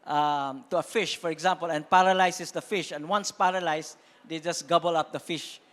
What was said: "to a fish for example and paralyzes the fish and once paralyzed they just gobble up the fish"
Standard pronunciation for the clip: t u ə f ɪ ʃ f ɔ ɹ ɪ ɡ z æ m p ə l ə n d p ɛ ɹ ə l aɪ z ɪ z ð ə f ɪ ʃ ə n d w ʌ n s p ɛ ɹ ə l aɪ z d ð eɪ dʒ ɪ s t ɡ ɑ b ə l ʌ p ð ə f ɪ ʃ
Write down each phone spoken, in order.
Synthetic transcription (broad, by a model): t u ə f ɪ ʃ f ɔ ɹ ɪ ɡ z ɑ m p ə l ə n p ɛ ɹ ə l aɪ s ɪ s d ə f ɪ ʃ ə n w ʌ n s p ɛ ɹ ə l aɪ s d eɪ dʒ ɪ s ɡ ɑ b ə l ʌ p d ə f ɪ ʃ